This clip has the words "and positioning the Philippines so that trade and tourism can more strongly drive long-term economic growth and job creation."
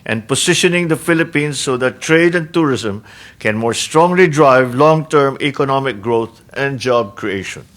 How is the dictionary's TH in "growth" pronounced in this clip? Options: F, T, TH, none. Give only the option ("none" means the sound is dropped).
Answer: T